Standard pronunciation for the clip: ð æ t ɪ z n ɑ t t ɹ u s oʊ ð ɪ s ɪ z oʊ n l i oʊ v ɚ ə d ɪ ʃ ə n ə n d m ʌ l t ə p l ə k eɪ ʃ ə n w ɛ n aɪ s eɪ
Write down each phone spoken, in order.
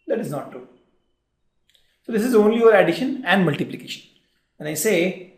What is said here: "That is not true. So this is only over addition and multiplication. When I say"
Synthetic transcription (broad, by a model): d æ t ɪ z n ɑ t t ɹ u s oʊ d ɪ s ɪ z oʊ n l i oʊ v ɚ ə d ɪ ʃ ə n ə n d m ʌ l t ə p l ə k eɪ ʃ ə n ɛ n aɪ s eɪ